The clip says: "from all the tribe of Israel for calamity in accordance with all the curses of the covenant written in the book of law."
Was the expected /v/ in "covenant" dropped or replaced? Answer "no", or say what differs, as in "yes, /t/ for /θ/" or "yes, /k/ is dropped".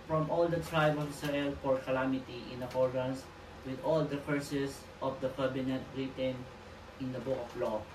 yes, /b/ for /v/